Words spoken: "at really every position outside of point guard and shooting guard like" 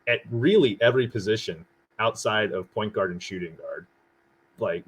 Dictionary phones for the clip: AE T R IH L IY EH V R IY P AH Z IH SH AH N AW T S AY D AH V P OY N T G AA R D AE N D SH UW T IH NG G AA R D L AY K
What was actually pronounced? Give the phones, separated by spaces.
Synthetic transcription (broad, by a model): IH T R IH L IY EH V R IY P AH Z IH SH AH N AW T S AY D AH V P OY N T G AA R D N SH UW T IH NG G AA R D L AY K